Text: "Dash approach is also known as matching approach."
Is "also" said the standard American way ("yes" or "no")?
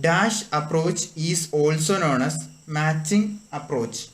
yes